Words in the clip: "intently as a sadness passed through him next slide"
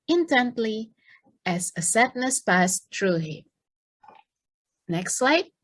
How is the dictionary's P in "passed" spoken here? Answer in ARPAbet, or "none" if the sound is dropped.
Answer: P